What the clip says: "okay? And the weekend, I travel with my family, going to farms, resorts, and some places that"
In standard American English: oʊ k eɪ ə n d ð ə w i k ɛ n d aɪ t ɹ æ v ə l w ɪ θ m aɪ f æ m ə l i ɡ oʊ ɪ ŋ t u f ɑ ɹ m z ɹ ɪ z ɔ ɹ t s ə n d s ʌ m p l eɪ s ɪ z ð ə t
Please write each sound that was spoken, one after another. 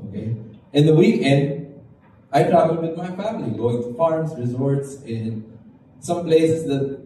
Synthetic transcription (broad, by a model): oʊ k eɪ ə n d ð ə w i k ɛ n d aɪ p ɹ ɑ b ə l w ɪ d m aɪ f æ m ə l i ɡ oʊ ɪ ŋ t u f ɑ ɹ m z ɹ ɪ z ɔ ɹ t s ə n s ʌ m p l eɪ s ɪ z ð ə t